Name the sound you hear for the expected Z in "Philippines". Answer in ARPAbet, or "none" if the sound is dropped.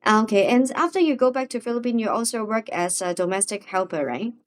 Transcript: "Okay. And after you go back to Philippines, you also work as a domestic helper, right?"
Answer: none